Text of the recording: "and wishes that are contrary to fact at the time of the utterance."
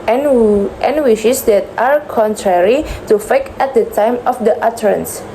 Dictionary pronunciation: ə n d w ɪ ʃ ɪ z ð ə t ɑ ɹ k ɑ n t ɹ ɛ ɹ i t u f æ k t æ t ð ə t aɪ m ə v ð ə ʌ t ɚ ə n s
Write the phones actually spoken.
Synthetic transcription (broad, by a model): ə n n w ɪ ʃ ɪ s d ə t ɑ ɹ k ɑ n t ɹ ɛ ɹ i t u f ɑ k ɛ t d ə t aɪ m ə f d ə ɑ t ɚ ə n s